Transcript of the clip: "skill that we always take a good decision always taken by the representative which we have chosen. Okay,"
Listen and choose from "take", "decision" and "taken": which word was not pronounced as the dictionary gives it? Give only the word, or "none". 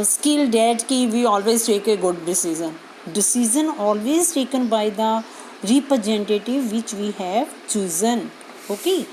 decision